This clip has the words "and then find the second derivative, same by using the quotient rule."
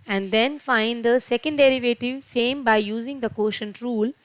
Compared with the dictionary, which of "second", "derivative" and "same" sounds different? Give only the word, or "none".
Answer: none